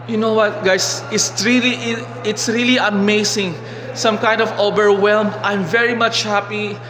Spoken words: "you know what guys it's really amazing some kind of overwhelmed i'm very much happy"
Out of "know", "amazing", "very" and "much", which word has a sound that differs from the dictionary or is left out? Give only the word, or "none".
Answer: amazing